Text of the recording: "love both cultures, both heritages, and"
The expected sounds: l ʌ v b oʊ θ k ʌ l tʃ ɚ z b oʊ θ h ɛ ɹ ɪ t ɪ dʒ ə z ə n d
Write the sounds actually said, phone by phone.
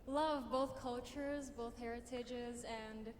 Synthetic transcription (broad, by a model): l ʌ v b oʊ θ k ʌ l tʃ ɚ z b oʊ θ h ɛ ɹ ɪ t ɪ dʒ ə z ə n d